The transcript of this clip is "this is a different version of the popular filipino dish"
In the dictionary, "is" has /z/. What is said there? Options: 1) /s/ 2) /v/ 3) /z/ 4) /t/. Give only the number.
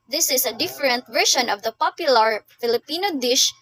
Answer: 1